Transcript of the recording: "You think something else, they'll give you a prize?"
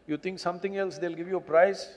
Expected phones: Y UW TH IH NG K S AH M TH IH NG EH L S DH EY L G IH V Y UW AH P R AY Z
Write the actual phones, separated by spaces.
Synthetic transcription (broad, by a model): Y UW T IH NG K S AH M T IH NG EH L S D EY L G IH V Y UW AH P R AY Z